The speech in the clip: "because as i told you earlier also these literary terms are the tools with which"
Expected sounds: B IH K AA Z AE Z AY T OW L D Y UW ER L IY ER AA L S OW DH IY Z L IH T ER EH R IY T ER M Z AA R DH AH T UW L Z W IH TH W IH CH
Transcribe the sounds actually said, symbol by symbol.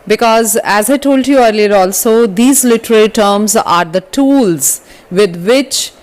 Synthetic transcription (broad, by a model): B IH K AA Z AE Z AY T OW L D Y UW ER L IY ER AA L S OW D IY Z L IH T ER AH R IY T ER M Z AA R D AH T UW L Z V IH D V IH CH